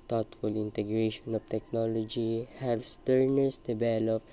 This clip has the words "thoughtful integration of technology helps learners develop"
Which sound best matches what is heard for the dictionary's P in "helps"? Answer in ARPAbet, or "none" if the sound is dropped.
none